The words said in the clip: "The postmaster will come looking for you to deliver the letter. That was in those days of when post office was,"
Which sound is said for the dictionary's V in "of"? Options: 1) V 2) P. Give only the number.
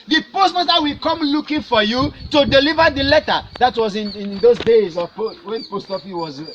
2